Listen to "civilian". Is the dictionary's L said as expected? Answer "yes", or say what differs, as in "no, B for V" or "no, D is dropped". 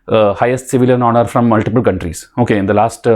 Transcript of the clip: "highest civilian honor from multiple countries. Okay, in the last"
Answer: yes